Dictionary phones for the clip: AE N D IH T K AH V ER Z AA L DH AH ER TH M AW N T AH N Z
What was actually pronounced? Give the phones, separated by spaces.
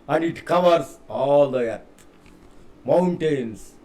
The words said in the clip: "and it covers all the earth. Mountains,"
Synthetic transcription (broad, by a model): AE N D IH T K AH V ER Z AA L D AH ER T M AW N T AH N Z